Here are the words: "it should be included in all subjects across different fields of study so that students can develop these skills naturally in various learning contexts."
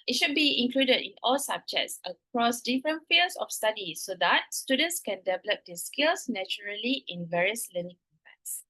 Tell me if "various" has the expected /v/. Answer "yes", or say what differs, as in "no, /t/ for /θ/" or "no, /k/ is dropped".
yes